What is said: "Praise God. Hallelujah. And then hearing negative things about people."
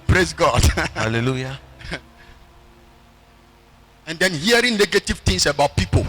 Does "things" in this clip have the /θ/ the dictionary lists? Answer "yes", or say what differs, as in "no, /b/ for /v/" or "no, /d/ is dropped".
no, /t/ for /θ/